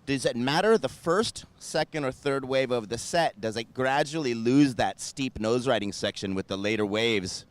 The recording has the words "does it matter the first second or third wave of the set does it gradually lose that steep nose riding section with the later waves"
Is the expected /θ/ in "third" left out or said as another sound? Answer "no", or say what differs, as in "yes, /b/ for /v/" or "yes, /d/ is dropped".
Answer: no